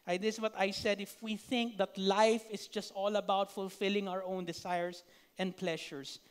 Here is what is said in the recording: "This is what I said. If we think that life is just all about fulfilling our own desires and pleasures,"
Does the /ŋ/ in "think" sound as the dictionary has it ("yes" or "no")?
yes